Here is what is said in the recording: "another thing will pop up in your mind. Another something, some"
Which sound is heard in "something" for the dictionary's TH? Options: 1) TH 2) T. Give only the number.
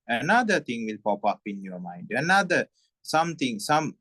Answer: 2